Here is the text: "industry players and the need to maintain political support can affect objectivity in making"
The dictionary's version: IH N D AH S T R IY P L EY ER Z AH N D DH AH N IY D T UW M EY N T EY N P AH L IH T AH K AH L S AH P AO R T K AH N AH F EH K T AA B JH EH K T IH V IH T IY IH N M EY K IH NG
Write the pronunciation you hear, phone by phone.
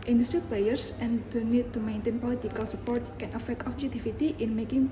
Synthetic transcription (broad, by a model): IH N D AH S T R IY P L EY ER S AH N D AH N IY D T UW M EY N T EY N P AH L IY T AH K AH L S AH P AO R T K AH N AH F EH K T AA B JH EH K T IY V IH T IY IH N M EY K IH NG